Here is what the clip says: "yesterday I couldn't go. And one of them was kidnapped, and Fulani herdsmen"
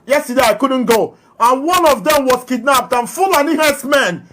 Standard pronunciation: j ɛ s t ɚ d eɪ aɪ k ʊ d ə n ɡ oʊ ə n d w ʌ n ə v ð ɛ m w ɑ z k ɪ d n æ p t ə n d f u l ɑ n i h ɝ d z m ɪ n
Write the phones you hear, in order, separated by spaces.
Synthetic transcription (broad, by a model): j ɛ s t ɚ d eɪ aɪ k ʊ d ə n ɡ oʊ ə n w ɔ n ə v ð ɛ m w ɑ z k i d n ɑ p t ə n f u l ɑ n i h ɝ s m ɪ n